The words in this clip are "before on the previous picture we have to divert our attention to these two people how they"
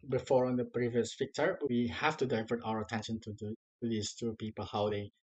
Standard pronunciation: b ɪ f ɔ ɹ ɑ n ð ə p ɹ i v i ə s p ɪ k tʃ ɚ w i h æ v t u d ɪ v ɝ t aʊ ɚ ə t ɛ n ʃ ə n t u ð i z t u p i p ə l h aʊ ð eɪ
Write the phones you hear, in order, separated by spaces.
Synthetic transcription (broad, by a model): b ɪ f ɔ ɹ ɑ n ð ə p ɹ i v i ə s f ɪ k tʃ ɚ w i h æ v t u d ɪ v ɝ t aʊ ɚ ə t ɛ n ʃ ə n t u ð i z t u p i p ə l h aʊ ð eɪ